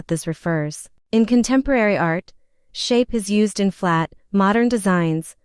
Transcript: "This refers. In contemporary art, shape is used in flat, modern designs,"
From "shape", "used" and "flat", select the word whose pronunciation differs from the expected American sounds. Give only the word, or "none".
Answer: none